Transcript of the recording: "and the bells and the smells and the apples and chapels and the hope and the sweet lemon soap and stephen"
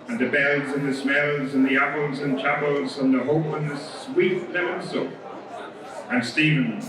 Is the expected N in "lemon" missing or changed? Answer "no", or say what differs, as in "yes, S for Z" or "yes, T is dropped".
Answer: yes, L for N